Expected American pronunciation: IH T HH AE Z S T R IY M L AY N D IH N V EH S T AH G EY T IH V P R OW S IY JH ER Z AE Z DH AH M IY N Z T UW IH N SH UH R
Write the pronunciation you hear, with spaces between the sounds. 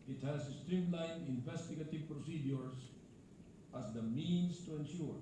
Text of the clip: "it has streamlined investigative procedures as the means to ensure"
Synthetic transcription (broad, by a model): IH T HH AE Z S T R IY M L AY N IH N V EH S T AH G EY T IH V P R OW S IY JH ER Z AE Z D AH M IY N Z T UW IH N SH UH R